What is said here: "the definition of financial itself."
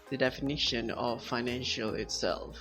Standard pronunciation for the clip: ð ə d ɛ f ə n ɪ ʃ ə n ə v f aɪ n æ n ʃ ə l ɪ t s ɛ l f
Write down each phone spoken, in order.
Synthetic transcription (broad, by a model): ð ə d ɛ f ə n ɪ ʃ ə n ə v f aɪ n æ n ʃ ə l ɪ t s ɛ l f